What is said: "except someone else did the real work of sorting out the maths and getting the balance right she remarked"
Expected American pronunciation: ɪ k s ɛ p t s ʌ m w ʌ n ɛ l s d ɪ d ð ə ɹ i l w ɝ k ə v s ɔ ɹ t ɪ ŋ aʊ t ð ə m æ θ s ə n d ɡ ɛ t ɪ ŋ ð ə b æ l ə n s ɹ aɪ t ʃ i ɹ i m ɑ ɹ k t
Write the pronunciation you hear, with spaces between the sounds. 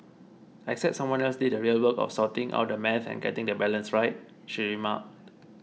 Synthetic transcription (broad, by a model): ɪ k s ɛ p t s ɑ m w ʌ n ɛ l s d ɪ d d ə ɹ i l w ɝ k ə f s ɔ t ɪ ŋ aʊ t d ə m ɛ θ ə n ɡ ɛ t ɪ ŋ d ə b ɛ l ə n s ɹ aɪ t ʃ i ɹ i m ɑ k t